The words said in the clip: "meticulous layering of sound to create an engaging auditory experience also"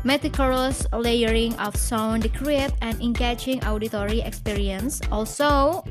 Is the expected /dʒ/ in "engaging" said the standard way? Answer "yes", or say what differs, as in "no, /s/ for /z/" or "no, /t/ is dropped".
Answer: no, /tʃ/ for /dʒ/